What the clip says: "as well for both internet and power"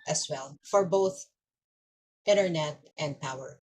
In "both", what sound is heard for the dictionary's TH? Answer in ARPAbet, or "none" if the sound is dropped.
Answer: TH